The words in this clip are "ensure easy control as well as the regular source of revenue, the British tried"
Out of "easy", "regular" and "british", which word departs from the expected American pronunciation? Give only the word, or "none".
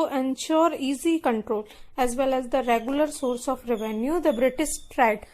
british